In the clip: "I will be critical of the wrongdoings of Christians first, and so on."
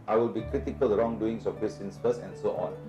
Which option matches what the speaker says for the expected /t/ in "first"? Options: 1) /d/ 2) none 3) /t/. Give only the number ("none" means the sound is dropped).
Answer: 2